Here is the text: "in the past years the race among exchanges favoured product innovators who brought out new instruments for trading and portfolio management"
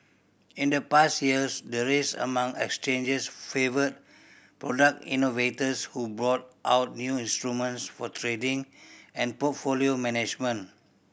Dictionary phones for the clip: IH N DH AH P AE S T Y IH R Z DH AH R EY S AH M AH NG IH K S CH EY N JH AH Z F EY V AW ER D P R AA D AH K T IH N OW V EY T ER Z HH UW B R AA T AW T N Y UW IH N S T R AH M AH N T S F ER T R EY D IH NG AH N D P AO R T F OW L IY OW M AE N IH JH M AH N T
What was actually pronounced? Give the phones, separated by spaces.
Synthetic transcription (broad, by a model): IH N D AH P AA S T Y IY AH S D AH R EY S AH M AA NG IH K S CH EY N JH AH S F EY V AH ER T P R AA D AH K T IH N OW V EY T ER S HH UW B R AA T AW T N Y UW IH N S T R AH M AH N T S F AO T R EY D IH NG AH N P AO T F OW L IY OW M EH N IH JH M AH N